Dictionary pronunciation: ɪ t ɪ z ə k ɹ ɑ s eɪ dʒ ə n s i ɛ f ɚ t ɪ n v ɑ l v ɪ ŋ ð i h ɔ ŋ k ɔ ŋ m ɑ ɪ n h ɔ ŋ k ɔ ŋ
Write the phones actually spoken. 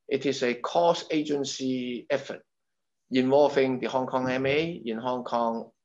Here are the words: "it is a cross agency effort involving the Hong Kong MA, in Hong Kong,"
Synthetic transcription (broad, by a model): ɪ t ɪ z ə k ɑ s eɪ dʒ ə n s i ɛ f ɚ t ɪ n w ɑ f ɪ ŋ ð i h ɔ ŋ k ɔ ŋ m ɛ ɪ n h ɔ ŋ k ɔ ŋ